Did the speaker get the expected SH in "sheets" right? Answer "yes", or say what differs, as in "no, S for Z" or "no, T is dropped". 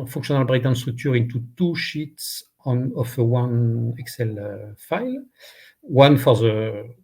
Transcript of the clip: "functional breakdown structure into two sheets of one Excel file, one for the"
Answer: yes